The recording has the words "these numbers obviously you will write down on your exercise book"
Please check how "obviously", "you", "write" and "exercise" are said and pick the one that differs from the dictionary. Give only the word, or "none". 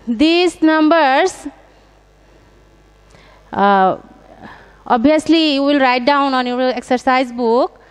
obviously